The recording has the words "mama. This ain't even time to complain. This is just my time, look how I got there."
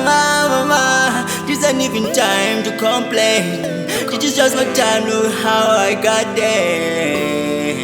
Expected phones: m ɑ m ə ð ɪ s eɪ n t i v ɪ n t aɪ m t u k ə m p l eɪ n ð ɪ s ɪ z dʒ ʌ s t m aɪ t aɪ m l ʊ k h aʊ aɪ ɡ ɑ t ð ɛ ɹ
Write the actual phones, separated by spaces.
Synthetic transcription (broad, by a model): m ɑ m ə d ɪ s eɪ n i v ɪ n t aɪ m t u k ə m p l eɪ n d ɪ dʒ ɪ s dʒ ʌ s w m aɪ t aɪ m n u h aʊ aɪ ɡ ɑ t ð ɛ